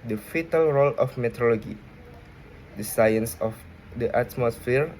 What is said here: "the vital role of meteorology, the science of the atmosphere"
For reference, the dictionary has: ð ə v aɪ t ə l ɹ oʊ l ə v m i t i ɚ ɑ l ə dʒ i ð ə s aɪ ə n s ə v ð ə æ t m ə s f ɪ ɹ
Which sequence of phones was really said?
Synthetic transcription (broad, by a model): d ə f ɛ t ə l ɹ oʊ l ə f m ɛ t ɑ l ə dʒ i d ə s aɪ ə n s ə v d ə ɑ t m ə s f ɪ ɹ